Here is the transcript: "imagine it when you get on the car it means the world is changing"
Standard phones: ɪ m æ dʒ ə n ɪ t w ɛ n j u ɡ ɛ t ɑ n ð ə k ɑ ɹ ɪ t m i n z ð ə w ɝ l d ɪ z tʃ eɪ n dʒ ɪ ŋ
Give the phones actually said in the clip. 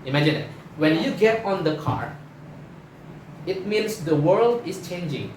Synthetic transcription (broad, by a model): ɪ m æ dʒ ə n ɪ t w ɛ n j u ɡ ɛ t ɑ n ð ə k ɑ ɹ ɪ t m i n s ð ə w ɝ l d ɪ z tʃ eɪ n dʒ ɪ ŋ